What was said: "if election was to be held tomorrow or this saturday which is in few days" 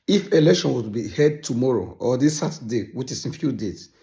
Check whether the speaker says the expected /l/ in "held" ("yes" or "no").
no